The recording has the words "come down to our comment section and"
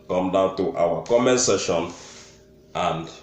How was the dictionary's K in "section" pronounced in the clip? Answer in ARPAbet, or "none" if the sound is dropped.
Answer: none